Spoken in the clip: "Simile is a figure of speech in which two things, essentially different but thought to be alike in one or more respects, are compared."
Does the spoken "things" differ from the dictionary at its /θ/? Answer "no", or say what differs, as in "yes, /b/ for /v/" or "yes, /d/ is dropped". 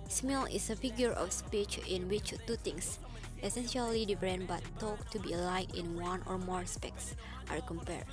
yes, /t/ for /θ/